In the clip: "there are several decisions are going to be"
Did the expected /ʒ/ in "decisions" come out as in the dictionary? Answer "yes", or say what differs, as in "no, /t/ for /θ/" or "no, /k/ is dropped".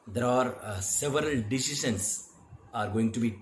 no, /ʃ/ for /ʒ/